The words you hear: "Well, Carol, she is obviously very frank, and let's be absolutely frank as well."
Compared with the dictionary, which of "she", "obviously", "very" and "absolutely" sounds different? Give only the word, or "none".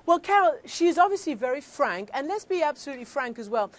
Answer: none